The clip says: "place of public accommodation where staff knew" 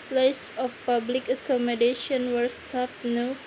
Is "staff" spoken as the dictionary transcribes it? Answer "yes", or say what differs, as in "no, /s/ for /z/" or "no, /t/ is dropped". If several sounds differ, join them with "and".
no, /p/ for /f/